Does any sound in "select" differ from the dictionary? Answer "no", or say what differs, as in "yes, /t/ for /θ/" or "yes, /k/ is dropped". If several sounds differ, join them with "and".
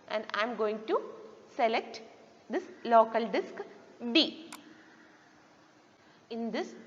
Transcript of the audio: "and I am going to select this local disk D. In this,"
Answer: no